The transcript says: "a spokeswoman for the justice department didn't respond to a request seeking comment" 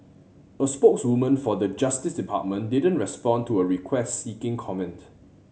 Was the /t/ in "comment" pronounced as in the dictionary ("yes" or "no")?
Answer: yes